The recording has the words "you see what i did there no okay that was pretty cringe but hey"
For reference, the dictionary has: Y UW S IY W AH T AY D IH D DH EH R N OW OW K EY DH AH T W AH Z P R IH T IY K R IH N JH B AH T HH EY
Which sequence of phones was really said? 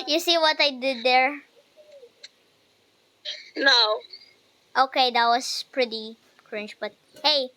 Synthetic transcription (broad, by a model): Y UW S IY W AH T AY D IH D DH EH R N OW OW K EY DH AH T W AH S P R IH T IY K R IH N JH B AH T HH EY